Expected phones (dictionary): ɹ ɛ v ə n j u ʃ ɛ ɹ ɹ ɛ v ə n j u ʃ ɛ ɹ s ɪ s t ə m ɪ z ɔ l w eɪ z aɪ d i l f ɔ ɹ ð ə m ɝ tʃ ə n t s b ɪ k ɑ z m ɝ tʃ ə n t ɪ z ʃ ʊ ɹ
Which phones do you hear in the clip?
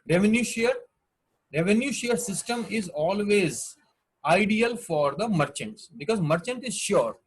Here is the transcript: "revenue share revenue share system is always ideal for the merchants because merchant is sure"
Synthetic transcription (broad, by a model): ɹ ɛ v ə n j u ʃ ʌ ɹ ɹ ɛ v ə n j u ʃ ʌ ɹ s ɪ s t ə m ɪ z ɔ l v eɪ z aɪ d i l f ɔ ɹ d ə m ɝ tʃ ə n t s b ɪ k ɑ z m ɝ tʃ ə n t ɪ z ʃ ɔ ɹ